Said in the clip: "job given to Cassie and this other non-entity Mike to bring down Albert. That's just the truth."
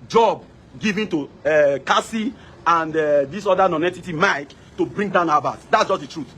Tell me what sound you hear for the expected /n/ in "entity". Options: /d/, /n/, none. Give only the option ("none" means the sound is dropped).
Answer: none